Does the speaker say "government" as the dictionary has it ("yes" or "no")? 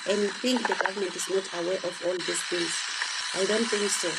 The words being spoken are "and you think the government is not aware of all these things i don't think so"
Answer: yes